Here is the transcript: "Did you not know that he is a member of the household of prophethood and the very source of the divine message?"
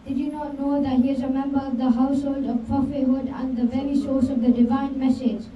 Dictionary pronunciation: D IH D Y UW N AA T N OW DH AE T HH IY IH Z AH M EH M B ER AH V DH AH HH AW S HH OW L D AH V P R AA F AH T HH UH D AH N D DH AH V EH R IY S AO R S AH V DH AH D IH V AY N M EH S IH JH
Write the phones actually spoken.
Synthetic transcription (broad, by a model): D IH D Y UW N AA T N OW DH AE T HH IY IH Z AH M EH M B ER AH V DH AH HH AW S HH OW L D AH V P AA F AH HH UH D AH N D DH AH V EH R IY S AO R S AH V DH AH D IH V AY N M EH S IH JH